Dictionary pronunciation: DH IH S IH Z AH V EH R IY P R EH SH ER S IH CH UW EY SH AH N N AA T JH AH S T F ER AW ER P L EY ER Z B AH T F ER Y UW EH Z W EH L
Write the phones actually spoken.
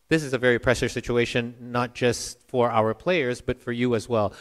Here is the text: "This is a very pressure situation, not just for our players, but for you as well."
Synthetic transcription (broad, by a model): DH IH S IH Z AH V EH R IY P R EH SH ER S IH CH UW EY SH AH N N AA T JH AH S T F ER AW ER P L EY ER Z B AH T F ER Y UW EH Z W EH L